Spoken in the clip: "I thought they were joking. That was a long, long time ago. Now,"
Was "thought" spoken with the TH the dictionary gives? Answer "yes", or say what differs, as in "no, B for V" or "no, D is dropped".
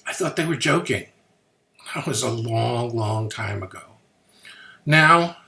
yes